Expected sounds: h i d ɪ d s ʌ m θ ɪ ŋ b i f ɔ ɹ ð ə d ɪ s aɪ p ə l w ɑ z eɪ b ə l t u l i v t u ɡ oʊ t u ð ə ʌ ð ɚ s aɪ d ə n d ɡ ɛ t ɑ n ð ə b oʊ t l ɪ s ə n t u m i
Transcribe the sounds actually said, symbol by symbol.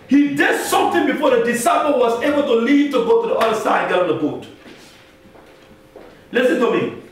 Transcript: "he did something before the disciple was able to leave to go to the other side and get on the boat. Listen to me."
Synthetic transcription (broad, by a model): h i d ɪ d s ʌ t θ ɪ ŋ b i f ɔ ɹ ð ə d ɪ s aɪ p ə l w ɑ z eɪ b ə l t u l i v t u ɡ oʊ t u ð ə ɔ ɪ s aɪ ə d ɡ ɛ ɑ n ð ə b oʊ t l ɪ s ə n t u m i